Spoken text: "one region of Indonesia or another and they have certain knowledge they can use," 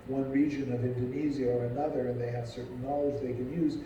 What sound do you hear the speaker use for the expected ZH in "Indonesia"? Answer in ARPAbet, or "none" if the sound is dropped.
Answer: Z